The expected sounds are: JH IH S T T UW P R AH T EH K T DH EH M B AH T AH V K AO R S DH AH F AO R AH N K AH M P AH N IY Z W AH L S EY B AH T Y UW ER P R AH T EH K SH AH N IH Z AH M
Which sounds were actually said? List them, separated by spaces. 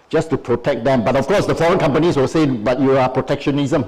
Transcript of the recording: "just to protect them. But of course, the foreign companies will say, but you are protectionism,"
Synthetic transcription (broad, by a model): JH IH S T T UW P R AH T EH K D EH M B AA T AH F K AO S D AH F AO R AH N K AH M P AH N IY S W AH S EY B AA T Y UW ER P R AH T EH K SH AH N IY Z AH M